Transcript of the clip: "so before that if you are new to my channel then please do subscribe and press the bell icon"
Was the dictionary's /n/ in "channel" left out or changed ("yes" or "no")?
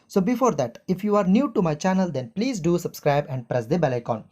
no